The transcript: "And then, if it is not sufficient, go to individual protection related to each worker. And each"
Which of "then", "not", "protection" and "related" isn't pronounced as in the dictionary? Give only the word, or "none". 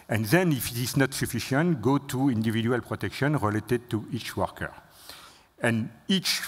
none